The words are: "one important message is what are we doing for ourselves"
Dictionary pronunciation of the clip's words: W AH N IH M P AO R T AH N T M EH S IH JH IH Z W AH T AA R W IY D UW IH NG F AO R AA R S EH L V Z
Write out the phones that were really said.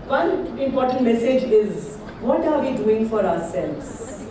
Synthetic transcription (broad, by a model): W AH N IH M P AO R T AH N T M EH S IH JH IH Z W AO T AA R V IY D UW IH NG F AO R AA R S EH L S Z